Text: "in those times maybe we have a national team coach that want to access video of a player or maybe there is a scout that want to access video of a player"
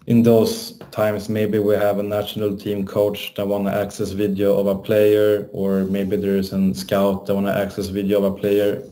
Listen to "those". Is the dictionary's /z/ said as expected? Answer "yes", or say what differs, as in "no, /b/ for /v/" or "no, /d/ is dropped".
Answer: no, /s/ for /z/